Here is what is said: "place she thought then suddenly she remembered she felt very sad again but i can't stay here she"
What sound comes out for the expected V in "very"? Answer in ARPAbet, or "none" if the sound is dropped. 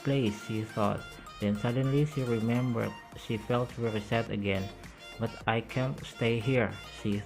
W